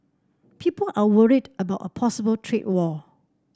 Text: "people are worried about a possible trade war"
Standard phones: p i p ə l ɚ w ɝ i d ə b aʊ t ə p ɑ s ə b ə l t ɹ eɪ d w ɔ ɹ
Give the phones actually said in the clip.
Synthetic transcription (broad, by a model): p i p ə l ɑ w ɝ i d ə b aʊ t ə p ɑ s ə b ə l t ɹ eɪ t w ɔ